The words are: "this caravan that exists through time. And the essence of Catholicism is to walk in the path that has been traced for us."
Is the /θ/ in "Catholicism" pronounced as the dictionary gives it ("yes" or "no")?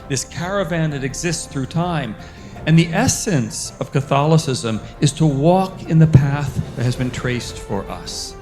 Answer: yes